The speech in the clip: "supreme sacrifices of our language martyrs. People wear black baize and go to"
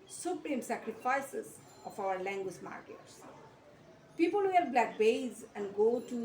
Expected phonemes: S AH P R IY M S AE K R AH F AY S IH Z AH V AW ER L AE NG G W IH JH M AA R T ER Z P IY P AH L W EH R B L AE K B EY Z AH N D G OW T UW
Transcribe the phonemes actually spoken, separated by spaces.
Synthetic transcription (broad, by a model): S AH P R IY M S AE K R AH F AY S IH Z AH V AW ER L AE NG G W IH JH M AA R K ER S P IY P AH L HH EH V B L AE K B EY Z AH N D G OW T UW